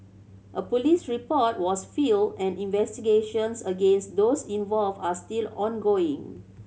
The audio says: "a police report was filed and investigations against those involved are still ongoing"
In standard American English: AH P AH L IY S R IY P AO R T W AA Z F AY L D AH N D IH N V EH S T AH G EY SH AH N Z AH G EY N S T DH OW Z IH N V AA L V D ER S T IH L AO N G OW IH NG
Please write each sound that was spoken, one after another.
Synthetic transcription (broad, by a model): AH P AH L IY S R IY P AO T W AA S F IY L AH N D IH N V EH S T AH G EY SH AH N S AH G EY N S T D OW S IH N V AA L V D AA S T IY L AO N G OW IH NG